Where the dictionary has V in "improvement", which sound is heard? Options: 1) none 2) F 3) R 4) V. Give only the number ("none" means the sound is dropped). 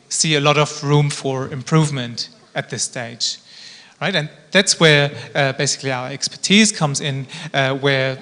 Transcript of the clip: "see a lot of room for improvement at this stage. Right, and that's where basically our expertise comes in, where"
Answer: 4